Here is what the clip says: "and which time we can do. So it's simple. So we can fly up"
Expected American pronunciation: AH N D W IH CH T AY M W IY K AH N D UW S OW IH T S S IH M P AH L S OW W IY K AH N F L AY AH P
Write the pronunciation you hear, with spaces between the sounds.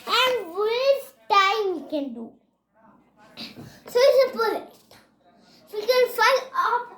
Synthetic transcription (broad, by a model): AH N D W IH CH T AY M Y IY K AH N D UW S OW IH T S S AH P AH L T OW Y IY K AH N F AY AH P